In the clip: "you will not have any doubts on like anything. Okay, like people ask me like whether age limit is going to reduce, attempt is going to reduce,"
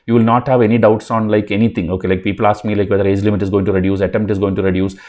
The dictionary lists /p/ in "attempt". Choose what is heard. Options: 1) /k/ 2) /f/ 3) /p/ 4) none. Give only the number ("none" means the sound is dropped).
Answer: 4